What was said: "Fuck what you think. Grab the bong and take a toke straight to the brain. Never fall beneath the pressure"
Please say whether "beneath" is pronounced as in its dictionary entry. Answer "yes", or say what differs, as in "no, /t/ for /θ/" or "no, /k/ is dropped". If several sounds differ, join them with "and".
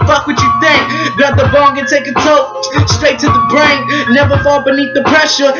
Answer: yes